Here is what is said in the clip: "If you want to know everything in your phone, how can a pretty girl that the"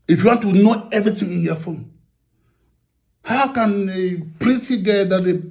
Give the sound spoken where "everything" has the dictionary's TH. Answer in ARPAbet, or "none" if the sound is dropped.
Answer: T